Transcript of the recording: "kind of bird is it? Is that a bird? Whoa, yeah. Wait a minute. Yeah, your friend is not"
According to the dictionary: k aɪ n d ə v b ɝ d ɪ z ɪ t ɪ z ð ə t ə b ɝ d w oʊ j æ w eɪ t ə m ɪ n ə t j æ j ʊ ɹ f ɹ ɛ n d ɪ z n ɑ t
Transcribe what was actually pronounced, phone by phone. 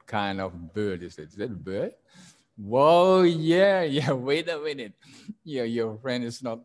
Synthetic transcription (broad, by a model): k aɪ n d ə v b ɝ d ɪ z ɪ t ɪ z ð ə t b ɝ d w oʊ j æ w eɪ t ə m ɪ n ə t j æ j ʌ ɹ f ɹ ɛ n d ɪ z n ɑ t